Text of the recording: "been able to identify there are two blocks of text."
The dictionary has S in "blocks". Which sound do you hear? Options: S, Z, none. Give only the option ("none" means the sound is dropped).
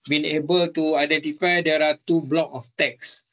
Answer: none